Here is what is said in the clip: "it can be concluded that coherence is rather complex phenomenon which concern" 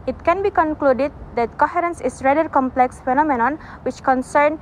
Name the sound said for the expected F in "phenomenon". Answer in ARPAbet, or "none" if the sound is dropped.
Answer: F